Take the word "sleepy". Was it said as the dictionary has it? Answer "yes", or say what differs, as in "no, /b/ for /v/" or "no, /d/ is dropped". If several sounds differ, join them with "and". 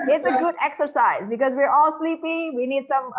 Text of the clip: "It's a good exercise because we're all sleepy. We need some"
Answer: yes